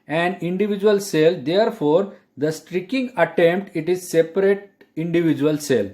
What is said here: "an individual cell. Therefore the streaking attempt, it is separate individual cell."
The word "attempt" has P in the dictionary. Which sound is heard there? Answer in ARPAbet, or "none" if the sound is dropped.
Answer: P